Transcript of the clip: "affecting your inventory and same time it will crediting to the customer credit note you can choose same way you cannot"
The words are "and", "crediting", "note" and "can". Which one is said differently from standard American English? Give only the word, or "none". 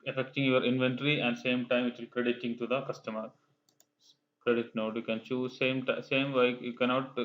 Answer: none